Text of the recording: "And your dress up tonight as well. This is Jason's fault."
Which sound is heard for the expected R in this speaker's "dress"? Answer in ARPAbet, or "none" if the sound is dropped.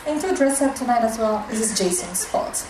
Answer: R